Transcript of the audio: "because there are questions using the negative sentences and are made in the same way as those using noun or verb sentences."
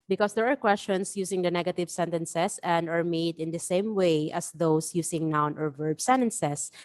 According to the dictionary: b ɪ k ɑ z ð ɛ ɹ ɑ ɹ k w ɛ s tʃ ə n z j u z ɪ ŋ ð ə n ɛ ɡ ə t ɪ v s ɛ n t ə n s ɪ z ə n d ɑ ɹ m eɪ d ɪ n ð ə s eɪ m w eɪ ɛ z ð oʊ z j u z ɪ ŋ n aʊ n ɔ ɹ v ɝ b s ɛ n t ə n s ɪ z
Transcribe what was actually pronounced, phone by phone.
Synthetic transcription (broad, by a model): b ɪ k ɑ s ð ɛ ɹ ɑ ɹ k w ɛ s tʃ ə n s j u s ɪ ŋ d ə n ɛ ɡ ə t ɪ v s ɛ n t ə n s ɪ s ə n d ɑ ɹ m eɪ d ɪ n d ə s eɪ m w eɪ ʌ s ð oʊ s j u s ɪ ŋ n aʊ n ɔ ɹ v ɝ b s ɛ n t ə n s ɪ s